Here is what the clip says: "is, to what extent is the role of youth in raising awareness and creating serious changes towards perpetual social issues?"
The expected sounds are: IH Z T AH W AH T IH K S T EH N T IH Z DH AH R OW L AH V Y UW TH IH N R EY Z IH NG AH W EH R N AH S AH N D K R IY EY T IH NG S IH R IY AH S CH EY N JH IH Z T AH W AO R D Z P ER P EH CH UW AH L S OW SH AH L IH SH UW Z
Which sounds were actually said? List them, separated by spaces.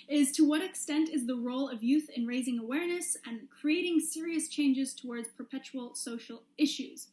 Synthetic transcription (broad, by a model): IH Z T AH W AH T IH K S T EH N T IH Z DH AH R OW L AH V Y UW TH IH N R EY Z IH NG AH W EH R N AH S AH N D K R IY EY T IH NG S IH R IY AH S CH EY N JH IH Z T AH W AO R D Z P ER P EH CH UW L S OW SH L IH SH UW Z